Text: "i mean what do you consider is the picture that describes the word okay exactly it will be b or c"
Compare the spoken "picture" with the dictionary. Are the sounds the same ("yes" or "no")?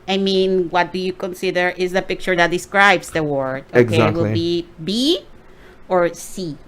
yes